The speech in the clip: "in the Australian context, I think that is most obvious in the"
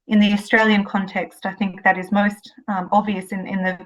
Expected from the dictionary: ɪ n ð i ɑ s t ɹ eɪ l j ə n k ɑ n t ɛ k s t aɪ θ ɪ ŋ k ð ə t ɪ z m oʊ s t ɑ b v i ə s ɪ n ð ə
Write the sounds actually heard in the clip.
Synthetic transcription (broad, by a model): ɪ n ð i ɑ s t ɹ eɪ l j ə n k ɑ n t ɛ k s t aɪ θ ɪ ŋ k ð ə t ɪ z m oʊ s t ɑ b v i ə s ɪ n ð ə